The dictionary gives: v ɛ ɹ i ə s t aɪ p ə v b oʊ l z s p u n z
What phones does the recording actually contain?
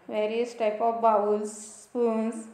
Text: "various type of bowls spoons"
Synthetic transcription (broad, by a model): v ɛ ɹ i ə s t aɪ p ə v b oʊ w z s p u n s